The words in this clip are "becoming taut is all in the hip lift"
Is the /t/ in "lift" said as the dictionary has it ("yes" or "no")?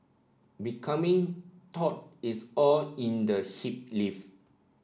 no